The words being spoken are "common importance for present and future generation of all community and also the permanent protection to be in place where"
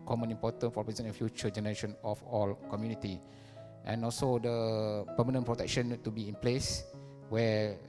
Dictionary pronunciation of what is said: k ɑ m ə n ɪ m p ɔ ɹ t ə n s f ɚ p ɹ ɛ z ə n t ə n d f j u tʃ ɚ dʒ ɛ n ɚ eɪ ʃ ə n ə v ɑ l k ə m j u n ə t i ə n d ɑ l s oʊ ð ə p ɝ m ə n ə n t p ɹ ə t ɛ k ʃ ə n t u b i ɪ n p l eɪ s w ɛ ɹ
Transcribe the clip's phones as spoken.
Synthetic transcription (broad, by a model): k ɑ m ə n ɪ m p ɔ t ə n f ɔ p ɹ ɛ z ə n ə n f j u tʃ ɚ dʒ ɛ n ɚ eɪ ʃ ə n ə f ɑ l k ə m j u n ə t i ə n ɑ l s oʊ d ə p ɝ m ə n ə n p ɹ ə t ɛ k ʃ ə n t u b i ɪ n p l eɪ s w ɛ